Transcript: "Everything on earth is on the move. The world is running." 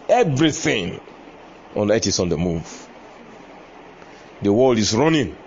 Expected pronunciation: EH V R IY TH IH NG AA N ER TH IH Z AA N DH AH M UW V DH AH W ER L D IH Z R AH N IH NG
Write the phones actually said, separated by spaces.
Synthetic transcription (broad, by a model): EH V R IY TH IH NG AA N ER T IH S AA N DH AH M UW V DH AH W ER L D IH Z R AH N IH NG